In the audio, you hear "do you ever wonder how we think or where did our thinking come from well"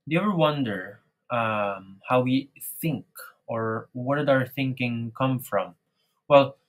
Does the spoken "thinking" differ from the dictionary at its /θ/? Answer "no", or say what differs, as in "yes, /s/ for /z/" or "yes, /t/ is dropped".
no